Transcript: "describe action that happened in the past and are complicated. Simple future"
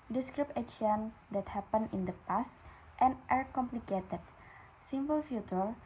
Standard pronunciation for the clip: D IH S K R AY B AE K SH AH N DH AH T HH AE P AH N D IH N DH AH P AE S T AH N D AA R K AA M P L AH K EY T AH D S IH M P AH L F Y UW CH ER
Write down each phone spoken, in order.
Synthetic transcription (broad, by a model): D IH S K R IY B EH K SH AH N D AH T HH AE P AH N IH N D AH P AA S T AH N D AA R K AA M P L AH K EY T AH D S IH M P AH L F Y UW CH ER